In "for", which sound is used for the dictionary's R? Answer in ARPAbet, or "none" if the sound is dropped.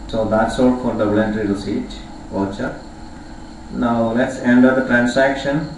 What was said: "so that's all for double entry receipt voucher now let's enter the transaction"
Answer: L